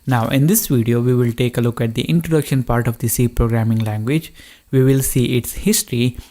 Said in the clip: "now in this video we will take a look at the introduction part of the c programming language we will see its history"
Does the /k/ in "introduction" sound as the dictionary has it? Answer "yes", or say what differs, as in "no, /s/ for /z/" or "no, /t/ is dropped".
yes